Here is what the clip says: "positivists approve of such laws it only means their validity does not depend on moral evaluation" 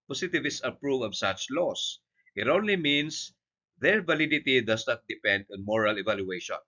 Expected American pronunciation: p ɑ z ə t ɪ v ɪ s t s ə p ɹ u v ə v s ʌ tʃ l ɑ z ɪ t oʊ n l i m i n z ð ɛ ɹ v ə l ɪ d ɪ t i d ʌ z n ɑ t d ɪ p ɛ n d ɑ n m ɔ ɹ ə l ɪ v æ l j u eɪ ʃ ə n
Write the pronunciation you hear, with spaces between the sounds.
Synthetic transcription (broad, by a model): p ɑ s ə t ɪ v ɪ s s ə p ɹ u v ə v s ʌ tʃ l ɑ s ɪ t oʊ n l i m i n s ð ɛ ɹ v ə l ɪ d ɪ t i d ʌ s n ɑ t d ɪ p ɛ n d ɑ n m ɔ ɹ ə l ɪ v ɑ l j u eɪ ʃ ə n